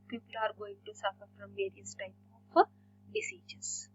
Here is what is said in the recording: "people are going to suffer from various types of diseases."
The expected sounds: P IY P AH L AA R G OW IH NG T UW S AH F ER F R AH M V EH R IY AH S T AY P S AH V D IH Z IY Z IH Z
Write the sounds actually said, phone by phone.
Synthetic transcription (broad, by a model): P IY P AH L AA R G OW IH NG T UW S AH F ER F R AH M V EH R IY AH S T AY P AH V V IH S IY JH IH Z